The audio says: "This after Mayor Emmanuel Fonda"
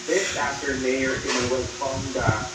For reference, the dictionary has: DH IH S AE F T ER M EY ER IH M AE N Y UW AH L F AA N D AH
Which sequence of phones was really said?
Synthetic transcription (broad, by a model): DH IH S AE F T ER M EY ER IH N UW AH W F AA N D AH